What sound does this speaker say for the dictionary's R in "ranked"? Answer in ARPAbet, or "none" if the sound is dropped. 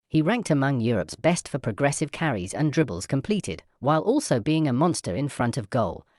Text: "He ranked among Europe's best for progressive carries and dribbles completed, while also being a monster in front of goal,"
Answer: R